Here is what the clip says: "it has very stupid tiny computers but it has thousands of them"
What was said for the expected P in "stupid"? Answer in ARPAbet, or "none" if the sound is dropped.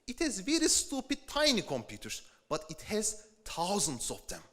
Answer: P